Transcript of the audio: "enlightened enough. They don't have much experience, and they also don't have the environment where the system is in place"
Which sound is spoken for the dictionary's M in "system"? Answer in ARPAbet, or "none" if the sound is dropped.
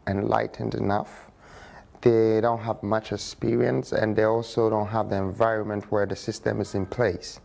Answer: M